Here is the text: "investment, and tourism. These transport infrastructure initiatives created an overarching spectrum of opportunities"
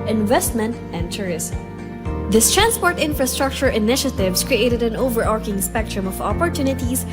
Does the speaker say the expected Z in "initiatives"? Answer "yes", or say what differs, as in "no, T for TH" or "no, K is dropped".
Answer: no, S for Z